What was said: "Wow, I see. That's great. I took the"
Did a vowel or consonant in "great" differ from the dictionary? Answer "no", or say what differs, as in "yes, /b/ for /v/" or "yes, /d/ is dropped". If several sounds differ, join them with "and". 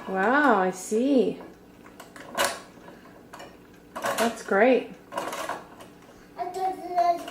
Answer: yes, /t/ is dropped